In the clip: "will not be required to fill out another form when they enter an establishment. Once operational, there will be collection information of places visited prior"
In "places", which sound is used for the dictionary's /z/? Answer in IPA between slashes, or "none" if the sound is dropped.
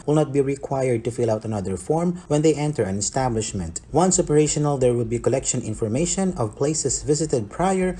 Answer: /s/